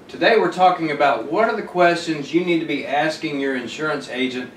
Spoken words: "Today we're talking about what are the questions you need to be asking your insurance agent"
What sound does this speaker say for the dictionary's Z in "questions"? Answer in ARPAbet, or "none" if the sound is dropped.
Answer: Z